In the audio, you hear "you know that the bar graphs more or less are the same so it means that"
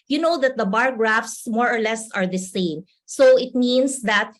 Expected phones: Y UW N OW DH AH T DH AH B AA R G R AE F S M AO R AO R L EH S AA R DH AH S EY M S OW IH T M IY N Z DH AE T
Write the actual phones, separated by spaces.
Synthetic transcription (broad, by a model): Y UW N OW DH AH T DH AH B AA R G R AE F S M AO R AO R L EH S AA R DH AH S EY M S OW IH T M IY N S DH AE T